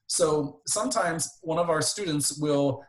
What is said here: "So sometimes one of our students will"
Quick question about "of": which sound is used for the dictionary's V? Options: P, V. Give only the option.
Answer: V